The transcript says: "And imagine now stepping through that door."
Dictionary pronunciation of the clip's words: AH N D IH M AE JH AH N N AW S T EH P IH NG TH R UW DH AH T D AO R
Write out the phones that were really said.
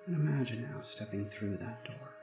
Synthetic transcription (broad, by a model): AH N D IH M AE JH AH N N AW S T EH P IH NG TH R UW DH AH T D AO R